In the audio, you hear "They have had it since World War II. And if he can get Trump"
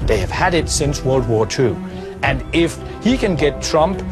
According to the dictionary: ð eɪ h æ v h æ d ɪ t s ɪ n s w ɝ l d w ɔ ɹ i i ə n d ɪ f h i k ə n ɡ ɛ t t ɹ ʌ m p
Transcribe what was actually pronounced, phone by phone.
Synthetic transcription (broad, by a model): ð eɪ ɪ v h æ d ɪ t s ɪ n s w ɝ l d w ɔ ɹ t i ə n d ɪ f h i k ə n ɡ ɛ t t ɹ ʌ m p